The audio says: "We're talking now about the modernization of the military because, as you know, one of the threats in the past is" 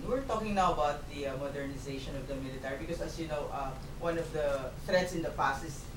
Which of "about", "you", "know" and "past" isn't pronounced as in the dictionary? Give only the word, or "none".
past